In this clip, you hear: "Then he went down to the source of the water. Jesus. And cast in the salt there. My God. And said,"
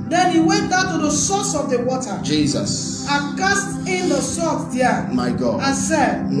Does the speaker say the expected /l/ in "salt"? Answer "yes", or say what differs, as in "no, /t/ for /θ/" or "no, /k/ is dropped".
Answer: no, /l/ is dropped